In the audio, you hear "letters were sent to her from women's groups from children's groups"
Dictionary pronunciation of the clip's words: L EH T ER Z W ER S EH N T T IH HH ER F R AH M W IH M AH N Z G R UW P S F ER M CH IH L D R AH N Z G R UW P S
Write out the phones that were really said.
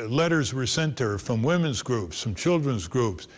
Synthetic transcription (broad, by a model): L EH T ER Z W ER S EH N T T IH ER F R AH M W IH M AH N Z G R UW P S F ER M CH IH L D R AH N Z G R UW P S